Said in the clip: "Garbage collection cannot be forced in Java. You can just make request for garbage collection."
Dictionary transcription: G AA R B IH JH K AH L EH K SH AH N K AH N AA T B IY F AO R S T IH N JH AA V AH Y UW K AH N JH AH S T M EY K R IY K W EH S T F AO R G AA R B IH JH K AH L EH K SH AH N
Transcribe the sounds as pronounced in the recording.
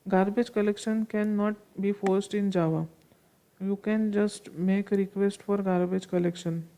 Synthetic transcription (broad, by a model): G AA R B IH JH K AH L EH K SH AH N K AH N AA T B IY F AO R S T IH N JH AA V AH Y UW K AH N JH AH S T M EY K R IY K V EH S T F AO R G AA R B IH JH K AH L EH K SH AH N